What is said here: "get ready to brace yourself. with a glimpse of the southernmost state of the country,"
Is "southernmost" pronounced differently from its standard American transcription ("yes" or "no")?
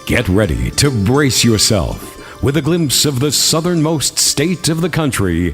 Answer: no